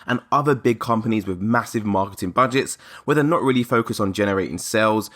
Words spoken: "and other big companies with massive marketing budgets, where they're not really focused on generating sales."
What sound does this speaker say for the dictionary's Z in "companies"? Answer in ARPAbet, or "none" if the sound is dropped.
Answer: Z